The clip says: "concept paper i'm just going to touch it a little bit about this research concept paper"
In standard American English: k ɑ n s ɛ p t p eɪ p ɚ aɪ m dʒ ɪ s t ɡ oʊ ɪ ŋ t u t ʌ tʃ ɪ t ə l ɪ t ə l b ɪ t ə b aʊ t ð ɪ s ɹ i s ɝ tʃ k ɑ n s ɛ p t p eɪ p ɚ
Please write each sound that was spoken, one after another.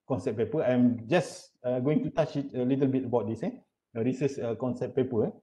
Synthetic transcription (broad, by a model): k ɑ n s ɛ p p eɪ p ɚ aɪ m dʒ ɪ s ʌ ɡ oʊ ɪ ŋ t u t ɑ tʃ ɪ t ə l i t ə l b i t ə b aʊ t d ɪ s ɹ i s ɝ s k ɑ n s ɛ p p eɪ p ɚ